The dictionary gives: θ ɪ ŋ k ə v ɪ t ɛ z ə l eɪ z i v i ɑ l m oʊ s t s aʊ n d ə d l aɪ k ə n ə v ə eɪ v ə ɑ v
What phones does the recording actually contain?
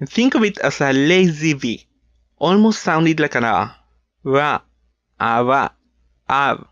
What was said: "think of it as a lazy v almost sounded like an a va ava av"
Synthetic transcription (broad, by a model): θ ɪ ŋ k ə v ɪ t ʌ s ə l eɪ z i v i ɑ l m oʊ s t s aʊ n d ə d l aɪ k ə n ə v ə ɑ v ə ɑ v